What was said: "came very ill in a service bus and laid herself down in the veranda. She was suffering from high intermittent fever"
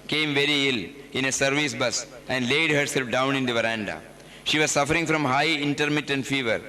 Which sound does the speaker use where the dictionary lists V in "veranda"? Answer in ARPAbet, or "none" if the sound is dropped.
V